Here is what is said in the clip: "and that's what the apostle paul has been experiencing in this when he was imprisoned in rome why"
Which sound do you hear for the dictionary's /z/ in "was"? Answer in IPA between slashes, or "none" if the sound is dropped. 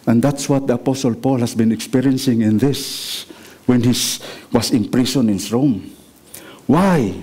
/s/